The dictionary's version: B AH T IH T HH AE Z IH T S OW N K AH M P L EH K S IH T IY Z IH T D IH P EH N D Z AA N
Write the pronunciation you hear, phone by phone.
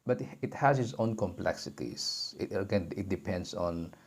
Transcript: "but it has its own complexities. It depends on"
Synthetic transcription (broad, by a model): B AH T IH T HH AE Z IH T S OW N K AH M P L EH K S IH T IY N IH T D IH P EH N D S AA N